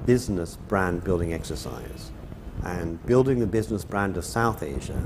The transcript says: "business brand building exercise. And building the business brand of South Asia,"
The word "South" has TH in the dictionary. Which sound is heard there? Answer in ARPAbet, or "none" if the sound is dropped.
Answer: TH